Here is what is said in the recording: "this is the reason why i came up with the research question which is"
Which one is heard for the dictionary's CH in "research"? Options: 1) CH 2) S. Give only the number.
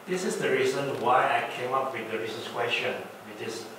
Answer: 2